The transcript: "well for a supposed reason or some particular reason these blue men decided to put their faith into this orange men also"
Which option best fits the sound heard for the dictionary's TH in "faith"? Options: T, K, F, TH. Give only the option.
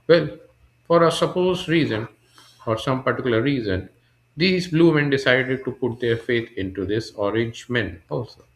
T